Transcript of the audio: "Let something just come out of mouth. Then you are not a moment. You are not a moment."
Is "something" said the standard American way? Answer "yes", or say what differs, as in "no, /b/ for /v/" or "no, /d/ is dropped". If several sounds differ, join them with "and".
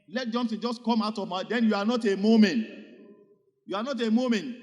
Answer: no, /s/ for /θ/